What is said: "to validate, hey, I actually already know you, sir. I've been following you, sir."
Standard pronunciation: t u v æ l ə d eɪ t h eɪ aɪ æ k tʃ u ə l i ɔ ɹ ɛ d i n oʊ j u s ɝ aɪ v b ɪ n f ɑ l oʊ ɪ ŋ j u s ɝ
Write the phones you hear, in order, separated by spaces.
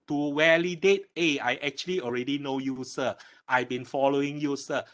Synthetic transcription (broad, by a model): t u w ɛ l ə d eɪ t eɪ aɪ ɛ k tʃ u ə l i ɔ ɹ ɛ d i n oʊ j u s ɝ aɪ b ɪ n f ɑ l oʊ ɪ ŋ j u s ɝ